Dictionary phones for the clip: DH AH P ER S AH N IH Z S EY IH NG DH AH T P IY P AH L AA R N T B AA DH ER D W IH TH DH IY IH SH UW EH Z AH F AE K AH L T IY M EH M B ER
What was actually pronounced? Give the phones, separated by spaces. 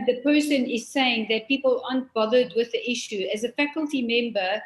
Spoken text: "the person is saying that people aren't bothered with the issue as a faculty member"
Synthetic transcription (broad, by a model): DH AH P ER S AH N IH Z S EY IH NG DH AH T P IY P AH L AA N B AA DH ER D W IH DH IY IH SH UW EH Z AH F AE K AH L T IY M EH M B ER